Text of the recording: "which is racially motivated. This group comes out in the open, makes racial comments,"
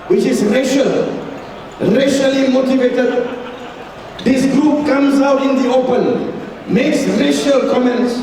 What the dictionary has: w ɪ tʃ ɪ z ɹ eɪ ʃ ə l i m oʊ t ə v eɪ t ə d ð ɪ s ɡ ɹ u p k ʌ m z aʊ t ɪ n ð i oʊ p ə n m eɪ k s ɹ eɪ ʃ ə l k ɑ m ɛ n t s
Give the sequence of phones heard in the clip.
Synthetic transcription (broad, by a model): w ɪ tʃ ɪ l ɹ eɪ ʃ ə l i m oʊ t ə v eɪ t ə d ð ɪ s ɡ ɹ u p k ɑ m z aʊ t ɪ n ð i oʊ p ə n m eɪ k s ɹ eɪ ʃ ə l k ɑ m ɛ n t s